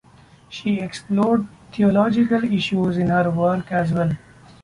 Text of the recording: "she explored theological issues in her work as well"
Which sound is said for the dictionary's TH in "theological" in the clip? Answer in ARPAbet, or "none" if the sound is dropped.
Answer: T